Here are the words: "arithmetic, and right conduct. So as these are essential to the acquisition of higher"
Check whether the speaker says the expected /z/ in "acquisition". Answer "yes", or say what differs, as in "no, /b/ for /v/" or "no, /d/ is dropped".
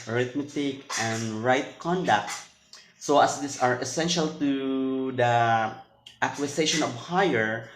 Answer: no, /s/ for /z/